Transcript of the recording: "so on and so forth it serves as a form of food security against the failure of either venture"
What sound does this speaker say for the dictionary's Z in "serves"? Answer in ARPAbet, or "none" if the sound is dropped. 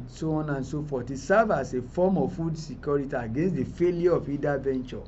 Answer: none